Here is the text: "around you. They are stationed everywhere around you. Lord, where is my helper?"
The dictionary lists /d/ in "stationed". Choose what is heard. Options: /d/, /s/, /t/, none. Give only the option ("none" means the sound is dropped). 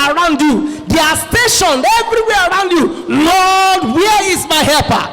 none